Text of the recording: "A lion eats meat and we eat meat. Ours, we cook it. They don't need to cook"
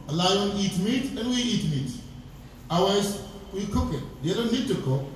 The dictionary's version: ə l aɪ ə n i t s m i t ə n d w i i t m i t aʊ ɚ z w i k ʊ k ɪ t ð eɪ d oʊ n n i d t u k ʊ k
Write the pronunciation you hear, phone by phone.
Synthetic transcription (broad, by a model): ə l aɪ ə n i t m i t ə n w i i t m i t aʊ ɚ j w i k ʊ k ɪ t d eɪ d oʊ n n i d t u k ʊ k